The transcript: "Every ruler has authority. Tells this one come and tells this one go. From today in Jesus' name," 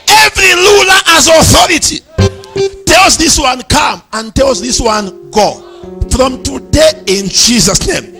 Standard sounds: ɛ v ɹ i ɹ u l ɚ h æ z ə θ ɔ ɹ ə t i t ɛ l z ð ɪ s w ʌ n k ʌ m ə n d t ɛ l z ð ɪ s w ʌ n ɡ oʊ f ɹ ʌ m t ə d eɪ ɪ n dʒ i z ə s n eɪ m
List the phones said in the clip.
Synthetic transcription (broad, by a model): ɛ v ɹ i l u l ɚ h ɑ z ə θ ɔ ɹ ə t i t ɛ l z ð ɪ s w ʌ n k ʌ m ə n t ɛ l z ð ɪ s w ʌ n ɡ oʊ f ɹ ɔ m t ə d eɪ ɪ n dʒ i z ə s n eɪ m